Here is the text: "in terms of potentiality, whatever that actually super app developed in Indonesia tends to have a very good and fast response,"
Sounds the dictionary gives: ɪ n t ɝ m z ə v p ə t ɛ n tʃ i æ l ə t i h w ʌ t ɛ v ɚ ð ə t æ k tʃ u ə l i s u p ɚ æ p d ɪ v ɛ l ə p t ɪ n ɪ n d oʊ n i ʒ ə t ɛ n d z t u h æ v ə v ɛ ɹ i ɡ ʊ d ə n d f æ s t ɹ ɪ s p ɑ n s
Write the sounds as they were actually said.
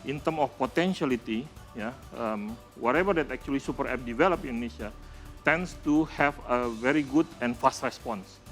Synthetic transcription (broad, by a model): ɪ n t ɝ m ə f p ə t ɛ n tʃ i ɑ l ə t i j w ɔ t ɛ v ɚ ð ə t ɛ k tʃ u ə l i s u p ɚ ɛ p d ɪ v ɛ l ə p ɪ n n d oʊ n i ʃ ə t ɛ n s t u h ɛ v ə v ɛ ɹ i ɡ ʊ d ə n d f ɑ s t ɹ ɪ s p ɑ n s